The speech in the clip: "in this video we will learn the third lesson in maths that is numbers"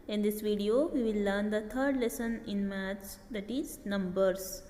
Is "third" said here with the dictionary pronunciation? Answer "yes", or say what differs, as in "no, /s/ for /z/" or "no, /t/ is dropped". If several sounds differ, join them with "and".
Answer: no, /t/ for /θ/